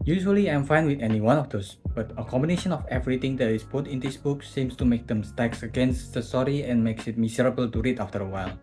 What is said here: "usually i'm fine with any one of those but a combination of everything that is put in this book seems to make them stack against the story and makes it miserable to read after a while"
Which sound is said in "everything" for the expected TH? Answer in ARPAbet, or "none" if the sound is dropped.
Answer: T